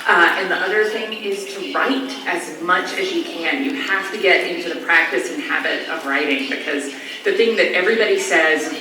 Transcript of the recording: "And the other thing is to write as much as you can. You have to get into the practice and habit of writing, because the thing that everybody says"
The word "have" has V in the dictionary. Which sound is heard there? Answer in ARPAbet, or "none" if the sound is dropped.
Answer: F